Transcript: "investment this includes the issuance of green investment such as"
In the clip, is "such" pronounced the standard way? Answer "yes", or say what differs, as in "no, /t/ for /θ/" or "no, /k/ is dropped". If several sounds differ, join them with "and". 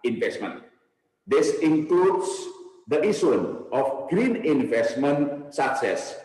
no, /s/ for /tʃ/